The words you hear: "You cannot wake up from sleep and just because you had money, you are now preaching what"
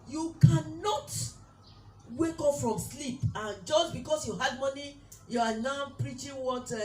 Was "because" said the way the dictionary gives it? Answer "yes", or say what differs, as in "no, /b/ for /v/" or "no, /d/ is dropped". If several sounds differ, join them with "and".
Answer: no, /s/ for /z/